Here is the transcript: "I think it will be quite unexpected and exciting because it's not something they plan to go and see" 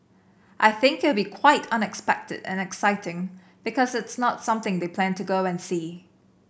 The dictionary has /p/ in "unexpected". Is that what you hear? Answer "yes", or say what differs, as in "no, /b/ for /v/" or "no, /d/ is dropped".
yes